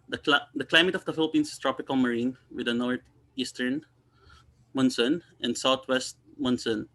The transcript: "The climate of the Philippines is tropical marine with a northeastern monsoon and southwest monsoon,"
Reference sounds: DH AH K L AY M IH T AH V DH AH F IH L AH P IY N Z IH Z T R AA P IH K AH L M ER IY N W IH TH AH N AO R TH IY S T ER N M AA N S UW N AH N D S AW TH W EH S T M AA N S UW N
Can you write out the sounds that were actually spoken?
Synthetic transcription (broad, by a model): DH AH K L AY M IH T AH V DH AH F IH L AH P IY N S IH S T R AA P IH K AH L M ER IY N W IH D AH N AO R T IY S T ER N M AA N S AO N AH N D S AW T W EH S T M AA N S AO N